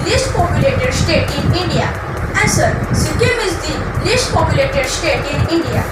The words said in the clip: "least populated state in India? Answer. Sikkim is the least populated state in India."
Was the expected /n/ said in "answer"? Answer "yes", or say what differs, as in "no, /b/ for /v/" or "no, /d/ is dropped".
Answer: no, /n/ is dropped